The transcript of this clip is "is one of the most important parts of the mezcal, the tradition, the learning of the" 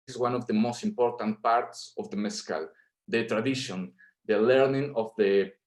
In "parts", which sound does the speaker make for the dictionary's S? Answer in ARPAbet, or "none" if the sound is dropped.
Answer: S